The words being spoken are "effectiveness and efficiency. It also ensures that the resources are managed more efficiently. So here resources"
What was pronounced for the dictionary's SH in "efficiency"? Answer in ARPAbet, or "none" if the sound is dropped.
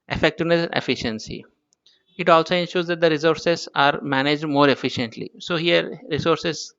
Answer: SH